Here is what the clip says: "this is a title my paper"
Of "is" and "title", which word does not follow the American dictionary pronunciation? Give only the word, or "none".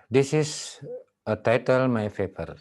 is